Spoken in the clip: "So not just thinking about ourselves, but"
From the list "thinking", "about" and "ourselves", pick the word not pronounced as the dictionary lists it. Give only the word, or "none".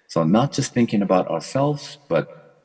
none